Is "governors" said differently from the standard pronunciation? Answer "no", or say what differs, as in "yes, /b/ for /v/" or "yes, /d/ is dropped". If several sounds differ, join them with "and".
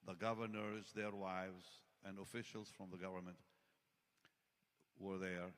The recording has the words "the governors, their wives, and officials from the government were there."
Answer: no